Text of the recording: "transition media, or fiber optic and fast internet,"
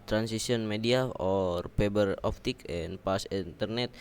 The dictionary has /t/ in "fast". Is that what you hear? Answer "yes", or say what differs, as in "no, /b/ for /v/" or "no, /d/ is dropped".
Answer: no, /t/ is dropped